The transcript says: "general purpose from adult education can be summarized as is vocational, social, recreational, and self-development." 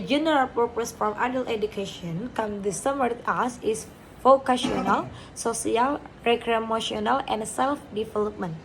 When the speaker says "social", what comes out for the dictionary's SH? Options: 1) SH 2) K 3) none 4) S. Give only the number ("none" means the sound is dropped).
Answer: 4